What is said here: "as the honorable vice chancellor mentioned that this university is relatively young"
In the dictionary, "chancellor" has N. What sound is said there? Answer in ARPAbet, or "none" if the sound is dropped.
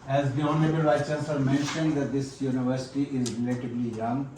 none